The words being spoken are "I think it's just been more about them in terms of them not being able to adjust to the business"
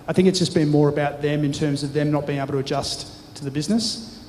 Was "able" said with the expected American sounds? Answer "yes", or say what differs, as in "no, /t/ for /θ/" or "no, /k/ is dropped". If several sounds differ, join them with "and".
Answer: no, /b/ is dropped